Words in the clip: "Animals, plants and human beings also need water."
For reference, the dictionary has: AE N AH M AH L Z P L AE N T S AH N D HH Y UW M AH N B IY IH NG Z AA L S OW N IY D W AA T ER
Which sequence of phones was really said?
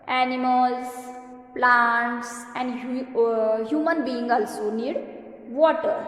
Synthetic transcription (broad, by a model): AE N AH M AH L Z P L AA N T S AH N D HH Y UW M AH N B IY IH NG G AA L S OW N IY D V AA T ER